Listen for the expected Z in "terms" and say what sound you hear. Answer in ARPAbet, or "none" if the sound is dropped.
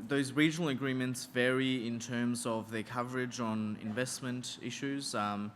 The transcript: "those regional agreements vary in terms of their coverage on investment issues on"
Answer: Z